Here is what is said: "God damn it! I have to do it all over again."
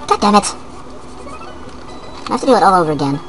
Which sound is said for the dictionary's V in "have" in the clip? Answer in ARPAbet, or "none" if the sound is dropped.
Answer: F